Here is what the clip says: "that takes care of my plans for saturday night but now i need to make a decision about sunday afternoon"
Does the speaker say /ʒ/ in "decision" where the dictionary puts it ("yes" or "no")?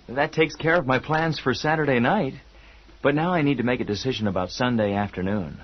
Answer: yes